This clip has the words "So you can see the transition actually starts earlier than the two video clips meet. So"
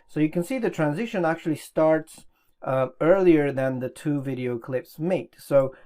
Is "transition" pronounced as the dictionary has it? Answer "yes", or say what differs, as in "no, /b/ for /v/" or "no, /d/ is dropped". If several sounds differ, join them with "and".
yes